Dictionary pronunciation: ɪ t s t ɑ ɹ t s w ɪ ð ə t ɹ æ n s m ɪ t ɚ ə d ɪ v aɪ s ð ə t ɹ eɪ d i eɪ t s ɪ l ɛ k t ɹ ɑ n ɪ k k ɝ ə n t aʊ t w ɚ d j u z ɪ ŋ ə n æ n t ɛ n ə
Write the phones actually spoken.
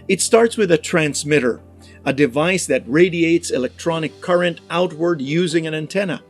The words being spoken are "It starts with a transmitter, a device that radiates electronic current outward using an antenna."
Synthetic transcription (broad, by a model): ɪ t s t ɑ ɹ t s w ɪ ð ə t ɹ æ n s m ɪ t ɚ ə d ɪ v aɪ s ð ə t ɹ eɪ d i eɪ t s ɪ l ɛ k t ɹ ɑ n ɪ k k ɝ ə n t aʊ t w ɚ d j u z ɪ ŋ ə n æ n t ɛ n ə